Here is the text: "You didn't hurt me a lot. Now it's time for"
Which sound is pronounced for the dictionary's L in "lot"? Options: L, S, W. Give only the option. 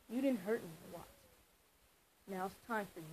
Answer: W